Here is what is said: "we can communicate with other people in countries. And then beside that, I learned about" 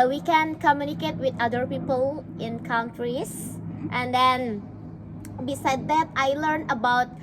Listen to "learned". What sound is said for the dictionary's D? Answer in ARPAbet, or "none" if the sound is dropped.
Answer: none